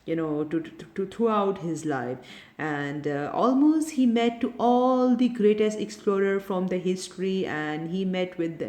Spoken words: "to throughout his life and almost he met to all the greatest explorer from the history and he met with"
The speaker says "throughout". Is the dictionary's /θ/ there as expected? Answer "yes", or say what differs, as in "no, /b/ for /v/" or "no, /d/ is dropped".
no, /t/ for /θ/